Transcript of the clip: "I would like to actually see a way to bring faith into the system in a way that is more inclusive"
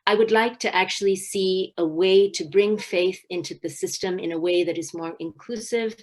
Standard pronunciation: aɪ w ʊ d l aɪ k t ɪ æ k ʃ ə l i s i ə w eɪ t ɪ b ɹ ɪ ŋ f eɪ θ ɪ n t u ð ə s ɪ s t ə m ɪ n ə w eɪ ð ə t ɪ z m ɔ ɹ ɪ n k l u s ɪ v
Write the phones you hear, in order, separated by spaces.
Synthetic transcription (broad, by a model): aɪ w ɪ d l aɪ k t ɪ æ k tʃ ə l i s i ə w eɪ t ɪ b ɹ ɪ ŋ f eɪ θ ɪ n t u ð ə s ɪ s t ə m ɪ n ə w eɪ ð ə t ɪ z m ɔ ɹ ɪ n k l u s ɪ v